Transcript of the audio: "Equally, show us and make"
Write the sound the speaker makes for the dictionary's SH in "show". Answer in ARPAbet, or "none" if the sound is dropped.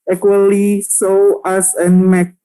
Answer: S